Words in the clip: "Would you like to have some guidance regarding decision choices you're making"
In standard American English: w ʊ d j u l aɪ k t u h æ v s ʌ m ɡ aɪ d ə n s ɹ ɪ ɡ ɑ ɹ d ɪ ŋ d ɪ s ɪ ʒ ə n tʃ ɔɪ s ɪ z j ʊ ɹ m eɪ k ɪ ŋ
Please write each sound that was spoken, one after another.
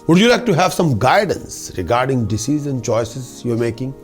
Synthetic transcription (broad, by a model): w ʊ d j u l aɪ k t u h æ v s ʌ m ɡ aɪ d ə n s ɹ ɪ ɡ ɑ ɹ d ɪ ŋ d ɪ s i z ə n tʃ ɔɪ s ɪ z j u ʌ m eɪ k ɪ ŋ